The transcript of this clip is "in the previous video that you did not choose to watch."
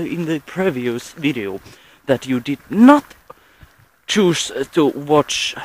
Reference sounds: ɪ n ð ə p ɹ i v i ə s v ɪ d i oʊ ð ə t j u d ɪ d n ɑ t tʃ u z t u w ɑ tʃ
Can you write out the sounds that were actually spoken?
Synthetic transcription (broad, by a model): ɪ n ð ə p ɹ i v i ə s v ɪ d i oʊ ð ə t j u d ɪ d n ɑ t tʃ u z t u w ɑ tʃ